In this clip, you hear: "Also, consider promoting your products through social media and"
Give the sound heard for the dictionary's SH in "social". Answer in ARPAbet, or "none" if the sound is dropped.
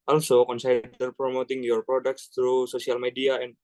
S